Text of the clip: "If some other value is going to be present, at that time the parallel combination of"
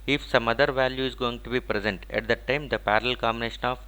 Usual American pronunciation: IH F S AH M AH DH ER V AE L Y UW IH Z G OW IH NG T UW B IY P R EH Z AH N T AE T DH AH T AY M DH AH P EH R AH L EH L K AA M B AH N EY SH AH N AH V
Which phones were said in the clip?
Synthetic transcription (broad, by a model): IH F S AH M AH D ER V AE L Y UW IH Z G OW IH NG T UW B IY P R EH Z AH N T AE T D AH T AY M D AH P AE R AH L L K AA M B AH N EY SH AH N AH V